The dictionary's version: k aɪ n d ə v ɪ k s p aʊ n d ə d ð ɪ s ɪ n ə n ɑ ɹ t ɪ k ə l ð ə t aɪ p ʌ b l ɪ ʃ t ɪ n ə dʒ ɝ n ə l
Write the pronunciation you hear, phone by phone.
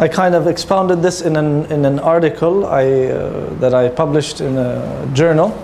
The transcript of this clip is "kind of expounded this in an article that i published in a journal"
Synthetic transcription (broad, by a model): k aɪ n d ə v ɪ k s p aʊ n d ə d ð ɪ s ɪ n ə n ɑ ɹ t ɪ k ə l ð ə t aɪ p ʌ b l ɪ ʃ t ɪ n ə dʒ ɝ n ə l